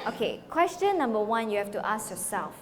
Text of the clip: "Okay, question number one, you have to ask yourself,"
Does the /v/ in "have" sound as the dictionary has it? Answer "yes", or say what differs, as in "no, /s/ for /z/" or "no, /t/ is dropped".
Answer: no, /f/ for /v/